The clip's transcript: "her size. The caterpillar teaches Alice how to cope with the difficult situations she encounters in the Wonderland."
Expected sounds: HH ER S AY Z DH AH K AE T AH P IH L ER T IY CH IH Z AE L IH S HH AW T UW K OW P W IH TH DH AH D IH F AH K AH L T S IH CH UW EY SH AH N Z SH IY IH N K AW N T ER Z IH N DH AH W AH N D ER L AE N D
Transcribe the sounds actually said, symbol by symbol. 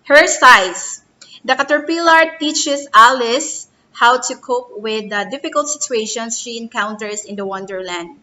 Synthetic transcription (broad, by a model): HH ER S AY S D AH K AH T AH P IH L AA T IY CH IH S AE L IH S HH AW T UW K OW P W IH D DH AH D IH F AH K AH L T S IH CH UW EY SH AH N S SH IY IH N K AW N T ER S IH N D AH W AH N D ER L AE N D